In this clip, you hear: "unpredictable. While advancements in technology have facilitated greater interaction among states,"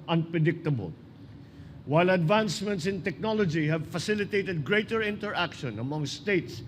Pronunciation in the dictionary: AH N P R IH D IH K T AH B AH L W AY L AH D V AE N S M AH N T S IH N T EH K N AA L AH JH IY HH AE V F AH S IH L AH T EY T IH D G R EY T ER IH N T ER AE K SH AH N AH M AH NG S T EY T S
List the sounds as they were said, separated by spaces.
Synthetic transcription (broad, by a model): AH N P R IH D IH K T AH B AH L W AY L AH D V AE N S M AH N T S IH N T EH K N AA L AH JH IY HH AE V F AH S IH L AH T EY T IH D G R EY T ER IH N T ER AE K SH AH N AH M AH NG S T EY T S